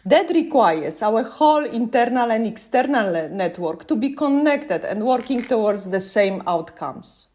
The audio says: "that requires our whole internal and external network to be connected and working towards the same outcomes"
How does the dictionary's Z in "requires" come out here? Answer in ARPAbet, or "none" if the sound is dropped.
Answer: S